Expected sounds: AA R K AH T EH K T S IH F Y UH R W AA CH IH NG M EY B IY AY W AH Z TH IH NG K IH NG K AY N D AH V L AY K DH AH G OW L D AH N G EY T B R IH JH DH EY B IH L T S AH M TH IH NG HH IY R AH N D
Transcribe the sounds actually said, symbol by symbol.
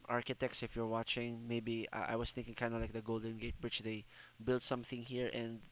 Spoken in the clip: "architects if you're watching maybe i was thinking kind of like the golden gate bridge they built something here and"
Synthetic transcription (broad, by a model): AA R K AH T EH K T S IH F Y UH R W AA CH IH NG M EY B IY AY W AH S TH IH NG K IH NG K AY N D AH L AY K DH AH G OW L D AH N G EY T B R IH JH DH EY B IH L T S AH M TH IH NG HH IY R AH N D